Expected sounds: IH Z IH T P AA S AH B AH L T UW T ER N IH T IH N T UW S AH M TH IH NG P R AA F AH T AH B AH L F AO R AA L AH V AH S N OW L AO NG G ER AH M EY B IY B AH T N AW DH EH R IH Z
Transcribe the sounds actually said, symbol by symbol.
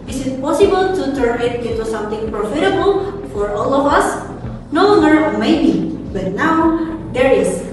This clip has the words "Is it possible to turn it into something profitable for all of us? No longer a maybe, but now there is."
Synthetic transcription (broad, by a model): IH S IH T P AA S AH B AH L T UW T ER N IH T IH N T UW S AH M T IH NG P R AA F AH T AH B AH L F AO R AA L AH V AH S N OW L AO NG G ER M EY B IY B AH T N AW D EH R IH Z